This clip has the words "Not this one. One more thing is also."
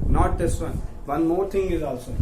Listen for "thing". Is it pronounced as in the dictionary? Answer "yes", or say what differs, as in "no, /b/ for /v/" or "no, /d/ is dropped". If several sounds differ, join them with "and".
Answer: no, /t/ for /θ/